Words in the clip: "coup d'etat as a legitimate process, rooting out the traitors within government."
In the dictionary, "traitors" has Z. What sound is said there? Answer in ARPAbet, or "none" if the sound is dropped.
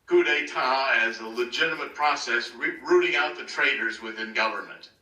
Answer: Z